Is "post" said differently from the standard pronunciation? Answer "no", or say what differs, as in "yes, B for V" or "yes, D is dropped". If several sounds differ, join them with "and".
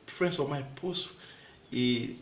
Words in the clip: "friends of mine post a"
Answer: yes, T is dropped